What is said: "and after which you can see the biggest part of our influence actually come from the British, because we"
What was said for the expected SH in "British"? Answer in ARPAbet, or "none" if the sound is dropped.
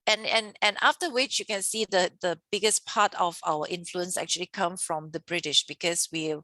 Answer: SH